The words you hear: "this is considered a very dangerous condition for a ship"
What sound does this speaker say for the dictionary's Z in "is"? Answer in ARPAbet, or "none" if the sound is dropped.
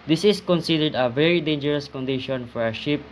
S